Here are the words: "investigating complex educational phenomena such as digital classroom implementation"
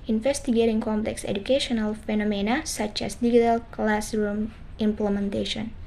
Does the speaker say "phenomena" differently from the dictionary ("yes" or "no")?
no